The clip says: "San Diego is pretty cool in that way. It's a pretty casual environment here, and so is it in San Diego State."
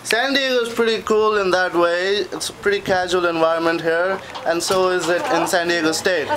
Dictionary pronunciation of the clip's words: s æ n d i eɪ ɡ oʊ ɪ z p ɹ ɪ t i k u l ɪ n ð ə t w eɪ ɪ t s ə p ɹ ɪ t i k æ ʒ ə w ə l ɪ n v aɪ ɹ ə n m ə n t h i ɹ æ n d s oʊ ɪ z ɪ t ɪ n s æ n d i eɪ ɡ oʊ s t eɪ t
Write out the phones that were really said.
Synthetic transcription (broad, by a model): s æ n d i eɪ ɡ oʊ ɪ z p ɹ ɪ t i k u l ɪ n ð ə t w eɪ ɪ t s ə p ɹ ɪ t i k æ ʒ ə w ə l ɪ n v aɪ ɹ ə n m ə n t h i ɹ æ n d s oʊ ɪ z ɪ t ɪ n s æ n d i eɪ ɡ oʊ s t eɪ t